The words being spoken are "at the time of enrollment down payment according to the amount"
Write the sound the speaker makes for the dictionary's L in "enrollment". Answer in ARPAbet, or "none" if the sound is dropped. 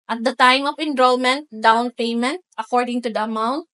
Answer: L